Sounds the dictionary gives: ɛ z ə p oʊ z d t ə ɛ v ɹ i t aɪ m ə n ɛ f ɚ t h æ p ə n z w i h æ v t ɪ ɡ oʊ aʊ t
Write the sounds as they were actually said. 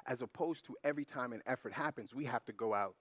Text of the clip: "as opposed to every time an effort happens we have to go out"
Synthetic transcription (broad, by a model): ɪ z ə p oʊ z t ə ɛ v ɹ i t aɪ m ə n ɛ f ɚ t h æ p ə n z w i h æ f t ɪ ɡ oʊ aʊ t